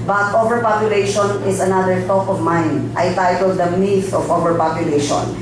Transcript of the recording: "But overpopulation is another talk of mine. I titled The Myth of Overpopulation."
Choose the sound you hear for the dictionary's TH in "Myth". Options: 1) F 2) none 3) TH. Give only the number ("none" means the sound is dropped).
1